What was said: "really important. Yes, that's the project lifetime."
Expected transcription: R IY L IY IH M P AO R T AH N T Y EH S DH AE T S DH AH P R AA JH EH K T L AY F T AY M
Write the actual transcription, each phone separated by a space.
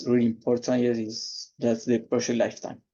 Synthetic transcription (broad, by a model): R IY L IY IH M P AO R T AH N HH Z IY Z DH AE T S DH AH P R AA SH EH T L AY F T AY M